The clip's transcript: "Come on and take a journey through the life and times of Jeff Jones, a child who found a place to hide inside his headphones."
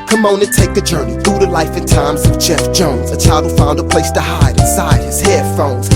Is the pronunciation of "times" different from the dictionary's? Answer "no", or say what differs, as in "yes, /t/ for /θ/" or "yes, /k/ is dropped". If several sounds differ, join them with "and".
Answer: no